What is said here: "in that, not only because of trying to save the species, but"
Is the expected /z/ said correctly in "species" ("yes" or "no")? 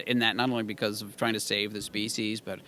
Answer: yes